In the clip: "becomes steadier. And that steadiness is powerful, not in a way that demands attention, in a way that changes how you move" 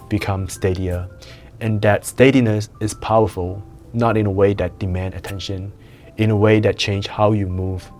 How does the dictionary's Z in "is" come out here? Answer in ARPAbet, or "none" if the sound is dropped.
S